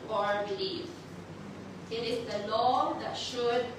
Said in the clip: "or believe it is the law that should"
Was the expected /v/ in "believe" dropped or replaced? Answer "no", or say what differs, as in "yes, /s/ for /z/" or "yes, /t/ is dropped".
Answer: yes, /f/ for /v/